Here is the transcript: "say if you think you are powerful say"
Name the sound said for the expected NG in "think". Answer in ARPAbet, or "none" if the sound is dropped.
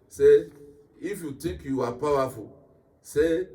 none